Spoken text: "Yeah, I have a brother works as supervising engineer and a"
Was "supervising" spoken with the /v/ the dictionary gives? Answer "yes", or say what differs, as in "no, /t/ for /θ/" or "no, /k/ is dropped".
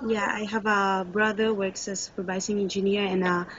no, /b/ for /v/